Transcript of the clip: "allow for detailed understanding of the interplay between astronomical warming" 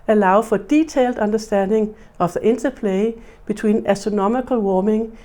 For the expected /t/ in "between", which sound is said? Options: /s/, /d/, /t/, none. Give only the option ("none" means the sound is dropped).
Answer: /s/